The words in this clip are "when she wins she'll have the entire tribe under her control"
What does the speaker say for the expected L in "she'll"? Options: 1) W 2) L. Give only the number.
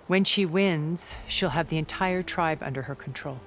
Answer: 2